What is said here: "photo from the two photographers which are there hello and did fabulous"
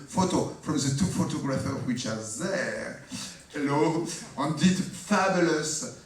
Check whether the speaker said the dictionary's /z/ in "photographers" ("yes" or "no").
no